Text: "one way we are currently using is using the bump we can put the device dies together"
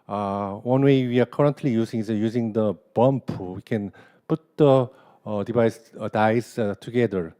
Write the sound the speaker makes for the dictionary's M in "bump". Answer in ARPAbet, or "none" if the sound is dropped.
M